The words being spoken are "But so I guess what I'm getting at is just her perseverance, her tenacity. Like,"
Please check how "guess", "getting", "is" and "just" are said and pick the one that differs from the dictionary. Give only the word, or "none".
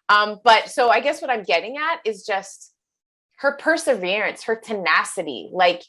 none